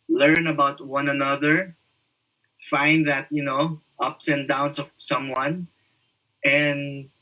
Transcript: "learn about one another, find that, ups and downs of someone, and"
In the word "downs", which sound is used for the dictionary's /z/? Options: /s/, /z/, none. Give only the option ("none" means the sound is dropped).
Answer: /s/